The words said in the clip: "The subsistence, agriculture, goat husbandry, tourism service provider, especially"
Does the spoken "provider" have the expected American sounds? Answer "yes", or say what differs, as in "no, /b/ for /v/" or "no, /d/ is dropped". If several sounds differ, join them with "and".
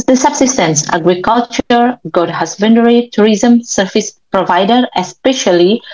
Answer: yes